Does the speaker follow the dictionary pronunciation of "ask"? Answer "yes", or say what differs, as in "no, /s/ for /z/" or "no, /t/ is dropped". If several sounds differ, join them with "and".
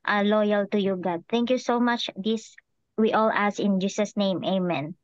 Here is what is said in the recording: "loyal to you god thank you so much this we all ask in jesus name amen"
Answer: no, /k/ is dropped